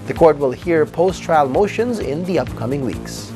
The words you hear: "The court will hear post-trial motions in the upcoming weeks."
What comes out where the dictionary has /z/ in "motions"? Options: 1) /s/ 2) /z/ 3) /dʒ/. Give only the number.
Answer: 2